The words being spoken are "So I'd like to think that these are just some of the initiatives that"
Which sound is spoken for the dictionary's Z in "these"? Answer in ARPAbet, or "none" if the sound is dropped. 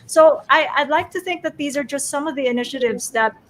Z